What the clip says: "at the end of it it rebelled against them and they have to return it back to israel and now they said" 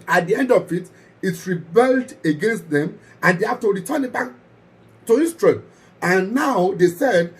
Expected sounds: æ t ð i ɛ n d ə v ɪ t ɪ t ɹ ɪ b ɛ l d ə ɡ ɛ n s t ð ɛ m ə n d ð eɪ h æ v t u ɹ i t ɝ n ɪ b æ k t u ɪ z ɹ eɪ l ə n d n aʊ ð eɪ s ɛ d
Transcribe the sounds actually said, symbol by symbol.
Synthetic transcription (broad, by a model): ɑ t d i ɛ n d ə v ɪ t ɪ t ɹ ɪ b ɛ l d ə ɡ ɛ n s t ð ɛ m ə n d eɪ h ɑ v t u ɹ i t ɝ n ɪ b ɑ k t u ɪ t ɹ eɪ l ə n n aʊ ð eɪ s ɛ d